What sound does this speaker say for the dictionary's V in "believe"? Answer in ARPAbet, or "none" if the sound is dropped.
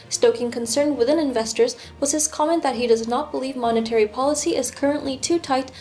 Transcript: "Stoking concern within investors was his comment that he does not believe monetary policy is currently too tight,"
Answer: V